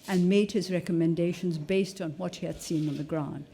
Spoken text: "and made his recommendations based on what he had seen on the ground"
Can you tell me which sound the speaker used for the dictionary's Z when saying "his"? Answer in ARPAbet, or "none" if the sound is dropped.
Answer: Z